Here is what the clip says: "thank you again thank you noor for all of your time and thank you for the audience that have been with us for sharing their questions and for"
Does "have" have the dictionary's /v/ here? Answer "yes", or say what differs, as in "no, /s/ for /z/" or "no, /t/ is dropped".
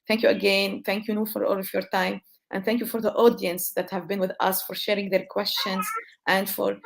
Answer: yes